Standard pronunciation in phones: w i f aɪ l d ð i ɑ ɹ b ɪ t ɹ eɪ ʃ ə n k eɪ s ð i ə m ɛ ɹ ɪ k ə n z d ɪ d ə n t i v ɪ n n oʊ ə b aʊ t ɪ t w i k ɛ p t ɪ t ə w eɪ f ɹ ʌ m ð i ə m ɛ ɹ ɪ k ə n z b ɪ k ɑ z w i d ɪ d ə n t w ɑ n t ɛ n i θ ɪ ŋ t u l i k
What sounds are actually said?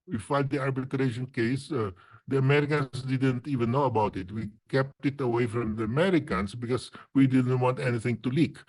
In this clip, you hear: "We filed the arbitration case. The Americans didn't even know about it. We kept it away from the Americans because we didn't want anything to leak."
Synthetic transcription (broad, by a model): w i f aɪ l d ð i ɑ ɹ b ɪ t ɹ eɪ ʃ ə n k eɪ s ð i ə m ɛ ɹ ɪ k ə n s d ɪ d ə n t i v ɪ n n oʊ ə b aʊ t ɪ t w i k ɛ p t ɪ t ə w eɪ f ɹ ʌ m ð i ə m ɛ ɹ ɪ k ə n s b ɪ k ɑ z w i d ɪ d ə n t w ɑ n t ɛ n i θ ɪ ŋ t u l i k